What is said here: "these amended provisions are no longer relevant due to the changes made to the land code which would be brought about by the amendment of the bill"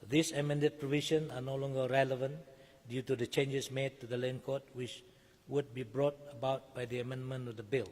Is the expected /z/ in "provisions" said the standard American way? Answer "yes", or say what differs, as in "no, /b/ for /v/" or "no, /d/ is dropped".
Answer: no, /z/ is dropped